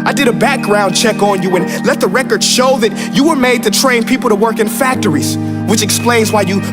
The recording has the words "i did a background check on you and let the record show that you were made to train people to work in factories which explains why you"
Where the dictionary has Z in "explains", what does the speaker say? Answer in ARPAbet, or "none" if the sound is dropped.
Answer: Z